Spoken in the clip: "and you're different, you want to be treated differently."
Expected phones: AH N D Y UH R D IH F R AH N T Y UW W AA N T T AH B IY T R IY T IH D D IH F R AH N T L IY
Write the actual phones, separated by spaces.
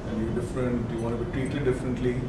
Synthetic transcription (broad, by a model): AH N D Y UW D IH F R AH N T Y UW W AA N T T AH B IY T IY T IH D D IH F R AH N T L IY